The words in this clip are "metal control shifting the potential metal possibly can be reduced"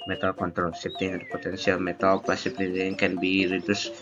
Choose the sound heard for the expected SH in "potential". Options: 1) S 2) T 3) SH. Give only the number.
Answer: 1